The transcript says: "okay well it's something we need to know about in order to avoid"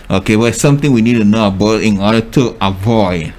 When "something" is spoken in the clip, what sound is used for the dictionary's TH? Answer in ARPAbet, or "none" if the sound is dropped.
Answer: T